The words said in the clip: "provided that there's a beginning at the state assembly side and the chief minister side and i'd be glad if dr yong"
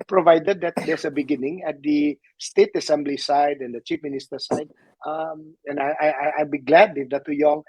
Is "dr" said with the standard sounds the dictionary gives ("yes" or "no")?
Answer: no